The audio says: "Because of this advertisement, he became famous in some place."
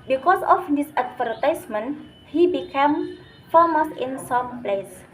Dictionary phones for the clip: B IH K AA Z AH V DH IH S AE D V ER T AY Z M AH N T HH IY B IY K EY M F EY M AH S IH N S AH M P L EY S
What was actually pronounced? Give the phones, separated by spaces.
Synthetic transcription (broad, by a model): B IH K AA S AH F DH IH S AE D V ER T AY S M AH N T HH IY B IY K EY M F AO M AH S IH N S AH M P L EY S